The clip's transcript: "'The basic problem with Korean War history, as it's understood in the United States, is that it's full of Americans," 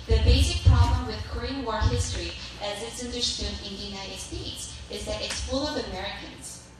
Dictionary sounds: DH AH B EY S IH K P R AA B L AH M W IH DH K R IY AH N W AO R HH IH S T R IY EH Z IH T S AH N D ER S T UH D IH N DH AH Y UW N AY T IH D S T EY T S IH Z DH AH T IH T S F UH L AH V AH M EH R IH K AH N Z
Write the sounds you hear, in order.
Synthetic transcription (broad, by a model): DH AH B EY S IH K P R AA B L AH M W IH DH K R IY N W AO R HH IH S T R IY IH Z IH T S AH N D ER S T UH D IH N DH AH Y UW N AY T IH D S T EY T S IH Z DH AH T IH T S F UH L AH V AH M EH R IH K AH N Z